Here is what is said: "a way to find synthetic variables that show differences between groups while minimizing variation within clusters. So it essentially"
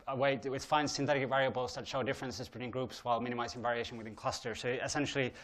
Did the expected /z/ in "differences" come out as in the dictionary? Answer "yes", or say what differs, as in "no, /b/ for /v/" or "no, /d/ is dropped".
yes